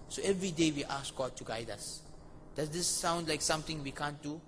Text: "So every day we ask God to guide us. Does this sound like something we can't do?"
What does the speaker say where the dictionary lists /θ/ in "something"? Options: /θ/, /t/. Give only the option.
/t/